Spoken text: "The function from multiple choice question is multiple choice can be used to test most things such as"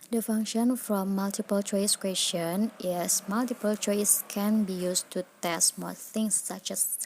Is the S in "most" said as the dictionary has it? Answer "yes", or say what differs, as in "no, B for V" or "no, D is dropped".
no, S is dropped